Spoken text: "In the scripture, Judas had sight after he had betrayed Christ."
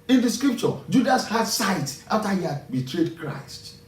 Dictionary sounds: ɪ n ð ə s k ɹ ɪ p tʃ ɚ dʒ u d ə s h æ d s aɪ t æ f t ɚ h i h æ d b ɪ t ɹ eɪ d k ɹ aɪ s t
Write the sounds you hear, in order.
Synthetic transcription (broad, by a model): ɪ n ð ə s k ɹ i p tʃ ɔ dʒ u d ə s h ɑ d s aɪ t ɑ f t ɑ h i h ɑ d b ɪ t ɹ eɪ d k ɹ aɪ s t